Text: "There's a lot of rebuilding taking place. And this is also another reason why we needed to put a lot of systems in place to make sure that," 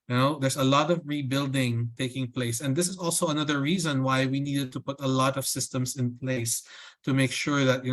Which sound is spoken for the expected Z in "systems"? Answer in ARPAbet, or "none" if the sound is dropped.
S